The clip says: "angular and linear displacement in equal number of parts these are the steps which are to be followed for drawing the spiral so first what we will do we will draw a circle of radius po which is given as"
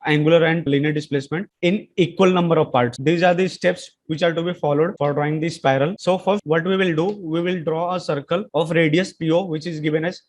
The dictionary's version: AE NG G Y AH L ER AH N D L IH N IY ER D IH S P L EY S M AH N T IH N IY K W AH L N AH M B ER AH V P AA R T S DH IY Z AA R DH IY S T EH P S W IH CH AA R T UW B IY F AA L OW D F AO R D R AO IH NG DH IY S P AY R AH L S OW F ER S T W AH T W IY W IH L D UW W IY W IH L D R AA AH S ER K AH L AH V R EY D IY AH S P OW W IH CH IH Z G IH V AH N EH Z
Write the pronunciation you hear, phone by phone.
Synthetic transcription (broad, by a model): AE NG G Y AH L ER AH N D L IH N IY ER D IH S P L EY S M AH N T IH N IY K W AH L N AH M B ER AH V P AA R T S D IY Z AA R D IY S T EH P S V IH CH AA R T UW B IY F AA L OW D F AO R D R AO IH NG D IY S P AY R AH L S OW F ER T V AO T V IY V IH L D UW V IY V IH L D R AA AH S ER K AH L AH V R EY D IY AH S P OW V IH CH IH Z G IH V AH N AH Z